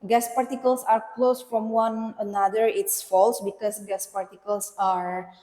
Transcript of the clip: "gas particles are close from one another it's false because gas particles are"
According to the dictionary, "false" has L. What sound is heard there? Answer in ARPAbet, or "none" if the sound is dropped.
L